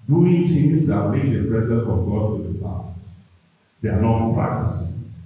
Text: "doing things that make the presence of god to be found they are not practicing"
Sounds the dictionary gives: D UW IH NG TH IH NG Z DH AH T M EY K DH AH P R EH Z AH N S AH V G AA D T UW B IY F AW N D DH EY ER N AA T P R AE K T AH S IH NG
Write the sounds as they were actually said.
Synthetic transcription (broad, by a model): D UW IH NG T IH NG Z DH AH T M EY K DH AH B R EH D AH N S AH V G AA D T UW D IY P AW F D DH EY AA N AA T P R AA K T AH S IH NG